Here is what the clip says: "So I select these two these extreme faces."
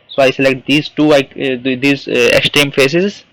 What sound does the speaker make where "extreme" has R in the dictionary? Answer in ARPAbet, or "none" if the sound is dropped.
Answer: none